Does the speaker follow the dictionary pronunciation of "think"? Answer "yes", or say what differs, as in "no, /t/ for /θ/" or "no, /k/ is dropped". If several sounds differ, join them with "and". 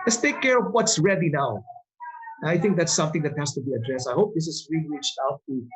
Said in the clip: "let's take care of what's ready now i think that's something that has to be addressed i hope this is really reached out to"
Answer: yes